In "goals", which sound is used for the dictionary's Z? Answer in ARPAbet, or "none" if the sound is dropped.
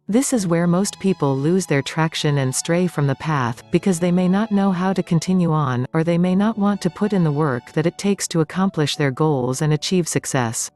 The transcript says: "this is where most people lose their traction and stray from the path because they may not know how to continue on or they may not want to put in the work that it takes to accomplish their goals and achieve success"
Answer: Z